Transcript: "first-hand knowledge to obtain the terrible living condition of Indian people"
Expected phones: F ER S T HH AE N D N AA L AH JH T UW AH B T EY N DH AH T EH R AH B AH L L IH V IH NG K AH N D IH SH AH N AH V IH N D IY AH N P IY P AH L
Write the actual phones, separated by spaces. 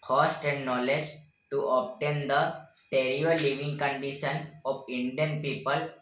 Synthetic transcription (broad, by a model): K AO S T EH N D N AA L AH JH T UW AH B T EY N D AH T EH R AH AH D L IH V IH NG K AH N D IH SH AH N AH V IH N D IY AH N P IY P AH L